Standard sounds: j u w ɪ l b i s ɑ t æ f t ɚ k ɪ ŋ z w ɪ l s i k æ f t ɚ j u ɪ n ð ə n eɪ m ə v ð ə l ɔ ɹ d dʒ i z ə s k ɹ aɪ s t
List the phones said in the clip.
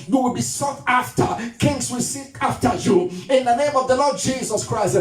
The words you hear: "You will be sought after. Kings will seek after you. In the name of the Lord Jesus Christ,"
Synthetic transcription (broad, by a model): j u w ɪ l b i s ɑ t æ f t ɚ k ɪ ŋ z w ɪ l s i æ f t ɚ j u ɪ n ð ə n eɪ m ə v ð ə l ɔ d dʒ i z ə s k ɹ aɪ s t